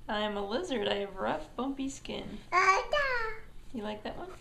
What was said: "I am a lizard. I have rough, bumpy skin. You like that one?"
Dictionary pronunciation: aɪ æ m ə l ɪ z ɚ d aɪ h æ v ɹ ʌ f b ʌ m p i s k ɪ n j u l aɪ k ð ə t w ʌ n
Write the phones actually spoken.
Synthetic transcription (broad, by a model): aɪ m ə l ɪ z ɚ d aɪ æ v ɹ ʌ f b ʌ m p i s k ɪ n j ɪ l aɪ k ð ə t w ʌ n